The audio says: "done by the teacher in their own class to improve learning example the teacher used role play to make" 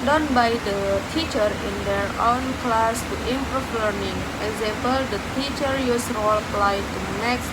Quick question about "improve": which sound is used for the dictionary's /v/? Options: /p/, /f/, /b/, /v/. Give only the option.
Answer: /f/